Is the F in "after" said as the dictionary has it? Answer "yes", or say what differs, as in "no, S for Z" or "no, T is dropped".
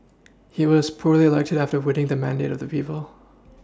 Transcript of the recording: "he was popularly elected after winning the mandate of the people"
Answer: yes